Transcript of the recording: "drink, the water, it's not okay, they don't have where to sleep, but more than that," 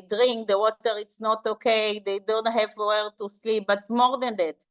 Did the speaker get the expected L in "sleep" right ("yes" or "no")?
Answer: yes